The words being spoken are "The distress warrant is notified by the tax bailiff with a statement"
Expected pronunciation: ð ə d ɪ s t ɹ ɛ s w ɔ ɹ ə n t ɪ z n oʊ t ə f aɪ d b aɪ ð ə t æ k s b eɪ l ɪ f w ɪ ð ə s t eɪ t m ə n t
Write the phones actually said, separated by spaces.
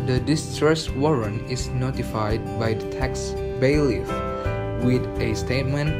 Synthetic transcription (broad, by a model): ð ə d ɪ s t ɹ ɛ s w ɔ ɹ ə n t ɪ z n oʊ t ə f aɪ d b aɪ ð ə t æ k s b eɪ l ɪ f w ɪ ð ə s t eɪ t m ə n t